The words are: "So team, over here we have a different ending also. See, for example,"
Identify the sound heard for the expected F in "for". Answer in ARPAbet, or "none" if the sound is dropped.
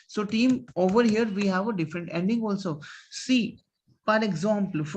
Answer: P